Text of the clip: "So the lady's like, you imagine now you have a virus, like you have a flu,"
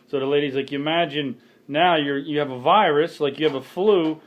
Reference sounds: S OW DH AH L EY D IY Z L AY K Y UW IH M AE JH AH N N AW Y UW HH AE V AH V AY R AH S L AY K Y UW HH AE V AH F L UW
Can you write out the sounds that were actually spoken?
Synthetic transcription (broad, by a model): S OW DH AH L EY D IY Z L AY K Y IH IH M AE JH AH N N AW Y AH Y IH V AH V AY R AH S L AY K Y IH V AH F L UW